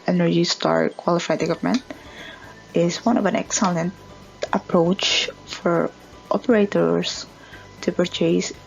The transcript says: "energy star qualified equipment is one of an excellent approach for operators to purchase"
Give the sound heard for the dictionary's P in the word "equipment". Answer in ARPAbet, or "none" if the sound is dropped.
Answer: none